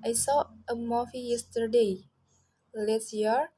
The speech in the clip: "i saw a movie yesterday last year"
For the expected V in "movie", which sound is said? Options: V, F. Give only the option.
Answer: F